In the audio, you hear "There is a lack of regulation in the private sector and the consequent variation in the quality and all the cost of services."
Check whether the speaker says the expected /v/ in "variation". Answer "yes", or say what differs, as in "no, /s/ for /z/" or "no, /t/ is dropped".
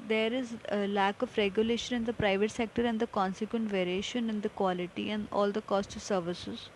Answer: yes